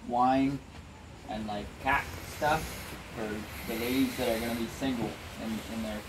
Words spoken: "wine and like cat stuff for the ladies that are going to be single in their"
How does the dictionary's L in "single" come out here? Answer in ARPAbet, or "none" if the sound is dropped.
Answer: N